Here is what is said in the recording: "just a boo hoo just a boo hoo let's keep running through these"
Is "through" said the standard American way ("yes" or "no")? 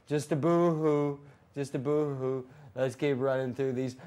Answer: yes